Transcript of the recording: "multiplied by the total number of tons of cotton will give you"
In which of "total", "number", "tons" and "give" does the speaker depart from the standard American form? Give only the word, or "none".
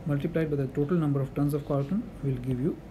tons